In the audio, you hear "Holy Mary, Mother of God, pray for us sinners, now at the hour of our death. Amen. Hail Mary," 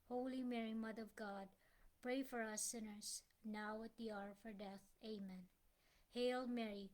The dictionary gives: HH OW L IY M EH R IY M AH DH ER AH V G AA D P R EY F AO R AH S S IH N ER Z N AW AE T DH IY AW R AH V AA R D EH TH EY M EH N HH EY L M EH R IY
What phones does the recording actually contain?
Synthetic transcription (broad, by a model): HH OW L IY M EH R IY M AH DH ER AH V G AA D P R EY F AO R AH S S IH N ER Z N AW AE T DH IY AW R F AA R D EH TH EY M EH N HH EY L M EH R IY